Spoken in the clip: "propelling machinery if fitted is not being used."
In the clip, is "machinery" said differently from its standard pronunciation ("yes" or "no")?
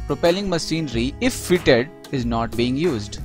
yes